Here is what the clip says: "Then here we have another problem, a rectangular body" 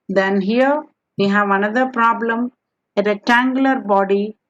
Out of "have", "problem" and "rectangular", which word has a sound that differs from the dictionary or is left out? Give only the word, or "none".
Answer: rectangular